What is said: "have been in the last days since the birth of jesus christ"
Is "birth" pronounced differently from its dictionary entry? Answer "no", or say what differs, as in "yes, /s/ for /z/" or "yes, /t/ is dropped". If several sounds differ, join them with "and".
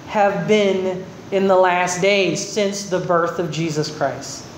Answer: no